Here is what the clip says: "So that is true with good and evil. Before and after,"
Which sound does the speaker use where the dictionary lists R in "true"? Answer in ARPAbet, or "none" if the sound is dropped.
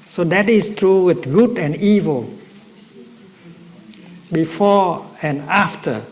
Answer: R